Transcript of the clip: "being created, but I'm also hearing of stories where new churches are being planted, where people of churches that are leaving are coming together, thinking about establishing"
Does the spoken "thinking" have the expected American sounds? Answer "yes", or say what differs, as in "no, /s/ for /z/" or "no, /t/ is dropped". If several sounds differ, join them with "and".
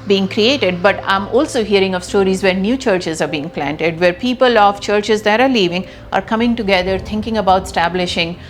no, /t/ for /θ/